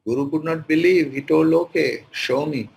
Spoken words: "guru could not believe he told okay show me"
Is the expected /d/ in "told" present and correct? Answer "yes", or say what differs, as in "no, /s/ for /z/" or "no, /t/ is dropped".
no, /d/ is dropped